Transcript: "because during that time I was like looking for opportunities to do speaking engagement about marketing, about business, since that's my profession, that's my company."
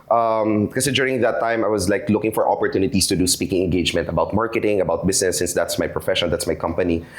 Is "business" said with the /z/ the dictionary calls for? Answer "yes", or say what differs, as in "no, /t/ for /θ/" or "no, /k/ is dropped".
no, /s/ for /z/